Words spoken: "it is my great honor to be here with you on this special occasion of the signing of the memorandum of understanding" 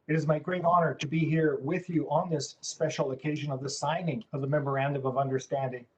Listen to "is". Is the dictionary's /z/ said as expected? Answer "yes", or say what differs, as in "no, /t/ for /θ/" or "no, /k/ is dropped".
yes